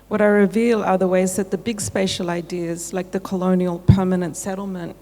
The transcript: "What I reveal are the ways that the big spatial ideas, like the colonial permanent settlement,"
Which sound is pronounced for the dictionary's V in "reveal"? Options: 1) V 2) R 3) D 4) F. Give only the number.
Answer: 1